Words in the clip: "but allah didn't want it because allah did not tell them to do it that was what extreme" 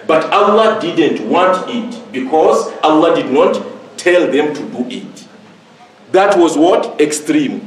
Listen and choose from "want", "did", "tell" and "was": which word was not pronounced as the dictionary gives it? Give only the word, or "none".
none